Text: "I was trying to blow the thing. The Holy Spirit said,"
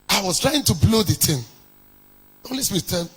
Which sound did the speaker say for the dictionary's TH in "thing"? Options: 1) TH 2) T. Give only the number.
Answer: 2